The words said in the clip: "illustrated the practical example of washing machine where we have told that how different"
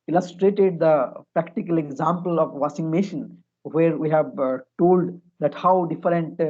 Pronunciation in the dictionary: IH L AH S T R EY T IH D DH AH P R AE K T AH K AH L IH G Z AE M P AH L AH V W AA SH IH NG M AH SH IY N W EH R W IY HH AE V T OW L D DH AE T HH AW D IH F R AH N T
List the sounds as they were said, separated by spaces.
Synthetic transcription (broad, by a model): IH L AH S T R EY T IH D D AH P R AE K T AH K AH L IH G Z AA M P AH L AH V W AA S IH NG M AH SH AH N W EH R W IY HH AE V T OW L D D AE T HH AW D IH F R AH N T